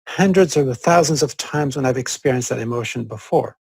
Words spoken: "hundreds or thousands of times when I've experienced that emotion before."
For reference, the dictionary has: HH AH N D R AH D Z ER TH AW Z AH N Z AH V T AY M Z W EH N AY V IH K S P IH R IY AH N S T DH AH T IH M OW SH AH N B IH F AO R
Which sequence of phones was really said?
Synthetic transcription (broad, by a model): HH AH N D R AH D Z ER TH AW Z AH N Z AH V T AY M Z W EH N AY V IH K S P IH R IY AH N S DH AH T IH M OW SH AH N B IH F AO R